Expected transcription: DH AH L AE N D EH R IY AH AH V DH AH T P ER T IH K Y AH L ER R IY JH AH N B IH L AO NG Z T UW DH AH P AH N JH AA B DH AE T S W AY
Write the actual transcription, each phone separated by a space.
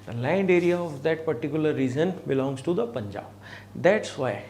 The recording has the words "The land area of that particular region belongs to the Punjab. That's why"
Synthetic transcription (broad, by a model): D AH L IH N D EH R IY AH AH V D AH T P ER T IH K Y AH L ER R IY Z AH N B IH L AO NG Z T UW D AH P AH N JH AA B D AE T S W AY